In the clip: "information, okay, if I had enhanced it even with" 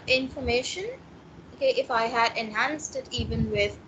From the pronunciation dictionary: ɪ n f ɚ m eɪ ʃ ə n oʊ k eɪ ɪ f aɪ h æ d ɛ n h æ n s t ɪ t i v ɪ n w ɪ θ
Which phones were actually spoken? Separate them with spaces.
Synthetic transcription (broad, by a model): ɪ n f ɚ m eɪ ʃ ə n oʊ k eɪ ɪ f aɪ h æ d ɛ n h æ n s t ɪ t i v ɪ n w ɪ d